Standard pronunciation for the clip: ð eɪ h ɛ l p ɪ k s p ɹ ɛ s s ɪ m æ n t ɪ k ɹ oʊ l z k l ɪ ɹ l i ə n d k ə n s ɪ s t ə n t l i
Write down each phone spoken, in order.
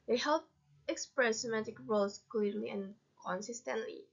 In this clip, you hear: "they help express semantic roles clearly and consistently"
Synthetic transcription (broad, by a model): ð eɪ h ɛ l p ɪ k s p ɹ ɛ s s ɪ m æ t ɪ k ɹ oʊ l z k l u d l i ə n k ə n s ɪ s t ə n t l i